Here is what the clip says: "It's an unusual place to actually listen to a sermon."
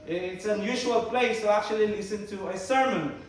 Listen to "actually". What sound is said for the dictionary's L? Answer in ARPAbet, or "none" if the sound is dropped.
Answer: L